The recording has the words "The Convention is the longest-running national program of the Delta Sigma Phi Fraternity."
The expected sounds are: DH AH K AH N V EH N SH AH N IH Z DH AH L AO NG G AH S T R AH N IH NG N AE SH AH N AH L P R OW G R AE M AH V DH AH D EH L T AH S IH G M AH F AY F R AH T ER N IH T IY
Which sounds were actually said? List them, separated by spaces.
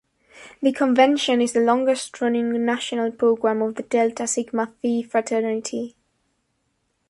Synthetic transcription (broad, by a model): DH AH K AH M V EH N SH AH N IH Z DH AH L AO NG G AH S T R AH N IH NG N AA SH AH N AH L P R OW G R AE M AH V DH AH D EH L T AH S IH G M AH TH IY F R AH T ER N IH T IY